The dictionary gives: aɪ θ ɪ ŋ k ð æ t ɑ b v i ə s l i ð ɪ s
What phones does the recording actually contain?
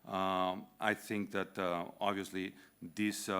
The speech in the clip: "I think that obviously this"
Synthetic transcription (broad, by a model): aɪ t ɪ ŋ k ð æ t ɑ b v i ə s l i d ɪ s